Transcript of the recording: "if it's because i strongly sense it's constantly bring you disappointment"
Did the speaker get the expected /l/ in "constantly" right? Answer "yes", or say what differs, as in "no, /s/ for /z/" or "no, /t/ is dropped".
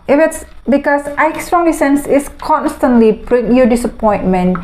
yes